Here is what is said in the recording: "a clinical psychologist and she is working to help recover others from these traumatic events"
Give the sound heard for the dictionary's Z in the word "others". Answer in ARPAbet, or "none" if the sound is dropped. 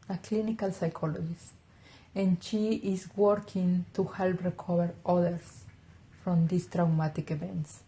S